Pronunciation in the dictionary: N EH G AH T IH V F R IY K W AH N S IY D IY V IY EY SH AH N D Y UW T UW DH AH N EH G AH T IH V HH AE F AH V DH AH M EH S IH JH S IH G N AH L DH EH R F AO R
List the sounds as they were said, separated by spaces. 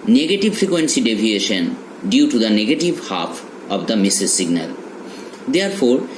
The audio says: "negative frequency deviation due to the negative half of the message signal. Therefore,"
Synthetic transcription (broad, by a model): N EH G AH T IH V F R IY K W AH N S IY D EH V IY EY SH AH N D Y UW T UW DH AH N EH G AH T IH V HH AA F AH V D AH M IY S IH Z S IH G N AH L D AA R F AO R